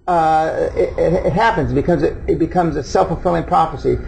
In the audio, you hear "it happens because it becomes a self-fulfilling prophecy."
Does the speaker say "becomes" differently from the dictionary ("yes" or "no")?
no